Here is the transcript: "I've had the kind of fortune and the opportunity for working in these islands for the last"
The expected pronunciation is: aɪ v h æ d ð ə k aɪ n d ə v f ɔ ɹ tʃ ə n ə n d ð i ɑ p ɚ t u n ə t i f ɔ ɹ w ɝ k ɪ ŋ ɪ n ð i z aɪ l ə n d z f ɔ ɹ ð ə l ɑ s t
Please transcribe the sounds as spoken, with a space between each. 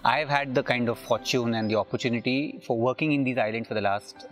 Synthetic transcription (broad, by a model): aɪ v h æ d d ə k aɪ n d ə v f ɔ ɹ tʃ ə n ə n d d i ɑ p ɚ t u n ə t i f ɔ ɹ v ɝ k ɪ ŋ ɪ n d i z aɪ l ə n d f ɔ ɹ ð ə l ɑ s t